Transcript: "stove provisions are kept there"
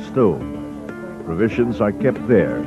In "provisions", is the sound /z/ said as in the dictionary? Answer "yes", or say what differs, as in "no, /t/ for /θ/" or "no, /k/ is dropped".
yes